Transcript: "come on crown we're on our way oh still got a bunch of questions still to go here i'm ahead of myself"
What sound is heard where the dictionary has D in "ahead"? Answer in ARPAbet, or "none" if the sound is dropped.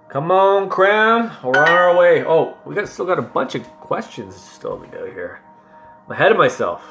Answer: D